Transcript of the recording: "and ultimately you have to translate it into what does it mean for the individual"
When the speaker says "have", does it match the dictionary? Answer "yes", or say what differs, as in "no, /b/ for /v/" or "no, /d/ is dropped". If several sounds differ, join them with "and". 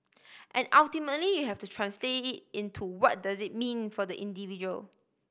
no, /f/ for /v/